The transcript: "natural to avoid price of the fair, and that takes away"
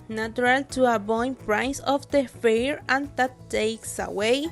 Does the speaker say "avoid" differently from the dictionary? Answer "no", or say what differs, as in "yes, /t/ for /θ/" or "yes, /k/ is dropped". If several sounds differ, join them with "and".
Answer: yes, /b/ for /v/